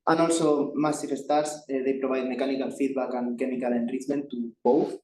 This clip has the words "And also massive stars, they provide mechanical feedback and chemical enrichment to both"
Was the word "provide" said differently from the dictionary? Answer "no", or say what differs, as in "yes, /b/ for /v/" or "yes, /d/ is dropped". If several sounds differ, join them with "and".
yes, /b/ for /v/